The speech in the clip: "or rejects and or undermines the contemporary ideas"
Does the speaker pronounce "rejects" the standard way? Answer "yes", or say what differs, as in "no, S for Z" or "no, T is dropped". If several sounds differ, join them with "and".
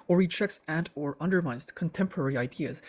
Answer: no, CH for JH